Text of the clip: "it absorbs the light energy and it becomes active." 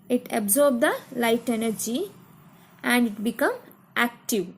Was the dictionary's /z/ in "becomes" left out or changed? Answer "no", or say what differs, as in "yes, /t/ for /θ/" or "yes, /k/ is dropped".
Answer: yes, /z/ is dropped